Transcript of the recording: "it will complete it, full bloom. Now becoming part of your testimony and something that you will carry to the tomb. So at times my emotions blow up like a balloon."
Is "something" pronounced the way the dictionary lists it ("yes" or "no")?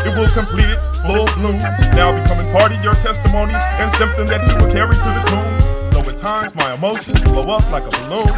yes